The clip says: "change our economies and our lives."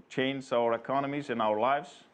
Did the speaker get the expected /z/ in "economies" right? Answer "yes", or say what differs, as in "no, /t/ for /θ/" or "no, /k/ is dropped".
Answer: yes